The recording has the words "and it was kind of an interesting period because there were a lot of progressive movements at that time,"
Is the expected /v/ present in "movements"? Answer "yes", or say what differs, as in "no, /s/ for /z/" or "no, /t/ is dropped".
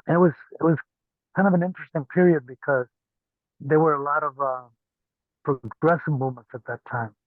no, /v/ is dropped